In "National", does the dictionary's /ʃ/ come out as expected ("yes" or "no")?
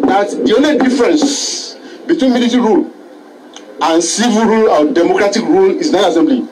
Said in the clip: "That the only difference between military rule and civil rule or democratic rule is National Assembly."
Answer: no